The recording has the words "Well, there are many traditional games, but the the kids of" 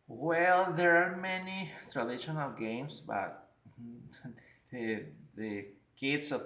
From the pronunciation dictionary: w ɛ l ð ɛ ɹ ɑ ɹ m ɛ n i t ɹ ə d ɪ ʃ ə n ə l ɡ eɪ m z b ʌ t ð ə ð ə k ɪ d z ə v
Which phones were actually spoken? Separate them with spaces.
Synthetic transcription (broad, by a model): w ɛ l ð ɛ ɹ ɑ ɹ m ɛ n i t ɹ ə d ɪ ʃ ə n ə l ɡ eɪ m s b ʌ t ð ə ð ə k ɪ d s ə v